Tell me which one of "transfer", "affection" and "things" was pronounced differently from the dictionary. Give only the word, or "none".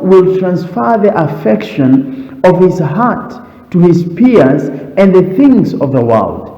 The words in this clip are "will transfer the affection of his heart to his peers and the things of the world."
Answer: none